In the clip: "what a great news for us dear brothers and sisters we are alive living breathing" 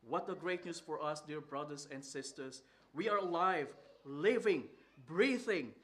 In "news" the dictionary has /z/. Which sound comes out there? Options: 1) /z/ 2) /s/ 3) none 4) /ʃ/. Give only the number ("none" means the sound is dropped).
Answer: 2